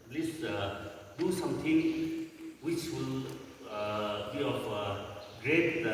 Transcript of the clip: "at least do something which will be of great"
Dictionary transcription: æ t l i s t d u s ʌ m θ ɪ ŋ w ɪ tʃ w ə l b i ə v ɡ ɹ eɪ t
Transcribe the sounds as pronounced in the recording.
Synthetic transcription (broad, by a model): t l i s d u s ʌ m t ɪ ŋ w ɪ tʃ w ə l b i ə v ɡ ɹ eɪ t